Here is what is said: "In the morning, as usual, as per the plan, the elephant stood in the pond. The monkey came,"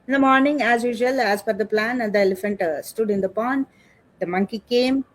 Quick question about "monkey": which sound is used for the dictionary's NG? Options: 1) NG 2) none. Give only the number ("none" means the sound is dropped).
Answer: 1